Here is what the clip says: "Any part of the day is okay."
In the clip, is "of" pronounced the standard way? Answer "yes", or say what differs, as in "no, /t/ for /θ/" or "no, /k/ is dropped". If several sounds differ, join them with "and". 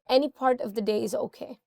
yes